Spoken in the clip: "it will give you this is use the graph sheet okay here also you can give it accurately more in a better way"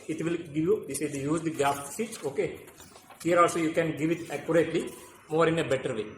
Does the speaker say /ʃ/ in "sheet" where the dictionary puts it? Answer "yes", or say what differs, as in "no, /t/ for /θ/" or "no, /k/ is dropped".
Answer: no, /s/ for /ʃ/